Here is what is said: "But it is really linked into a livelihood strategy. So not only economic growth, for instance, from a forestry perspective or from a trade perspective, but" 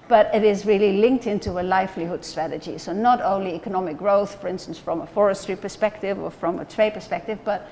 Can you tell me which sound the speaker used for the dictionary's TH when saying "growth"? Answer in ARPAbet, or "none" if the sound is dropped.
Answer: TH